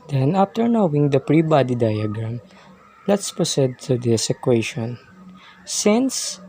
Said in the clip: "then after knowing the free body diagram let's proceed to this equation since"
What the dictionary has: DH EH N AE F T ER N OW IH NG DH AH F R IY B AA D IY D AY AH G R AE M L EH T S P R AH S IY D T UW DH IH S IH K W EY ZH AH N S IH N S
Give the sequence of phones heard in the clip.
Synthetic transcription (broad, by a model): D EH N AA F T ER N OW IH NG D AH P R IY B AA D IY D AY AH G R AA M L EH T S P R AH S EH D T UW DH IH S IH K W EY SH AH N S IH N S